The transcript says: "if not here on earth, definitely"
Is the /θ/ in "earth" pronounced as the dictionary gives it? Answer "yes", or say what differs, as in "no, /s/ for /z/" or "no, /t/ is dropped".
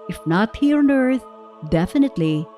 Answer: no, /t/ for /θ/